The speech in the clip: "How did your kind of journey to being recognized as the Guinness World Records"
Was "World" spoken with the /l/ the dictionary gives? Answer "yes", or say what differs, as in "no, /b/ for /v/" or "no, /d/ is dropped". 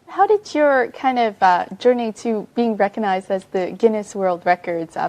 yes